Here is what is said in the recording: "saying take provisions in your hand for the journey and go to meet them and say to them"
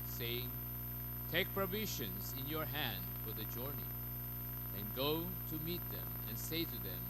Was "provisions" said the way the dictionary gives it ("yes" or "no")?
no